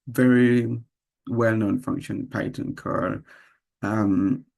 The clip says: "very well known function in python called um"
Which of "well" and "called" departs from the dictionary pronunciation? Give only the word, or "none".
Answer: called